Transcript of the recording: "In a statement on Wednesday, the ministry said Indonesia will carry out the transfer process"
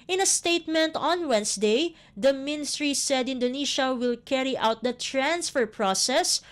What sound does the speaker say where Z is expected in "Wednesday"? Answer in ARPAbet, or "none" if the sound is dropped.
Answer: S